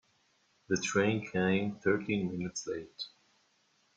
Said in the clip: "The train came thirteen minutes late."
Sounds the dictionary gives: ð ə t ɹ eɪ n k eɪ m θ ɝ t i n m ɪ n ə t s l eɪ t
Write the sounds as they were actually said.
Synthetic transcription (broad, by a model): ð ə t ɹ eɪ n k eɪ m θ ɝ t i n m ɪ n ə t s l eɪ t